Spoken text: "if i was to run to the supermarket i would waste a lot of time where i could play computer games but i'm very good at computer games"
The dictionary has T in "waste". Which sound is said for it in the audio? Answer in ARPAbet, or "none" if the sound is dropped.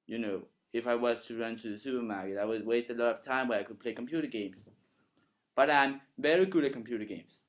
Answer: T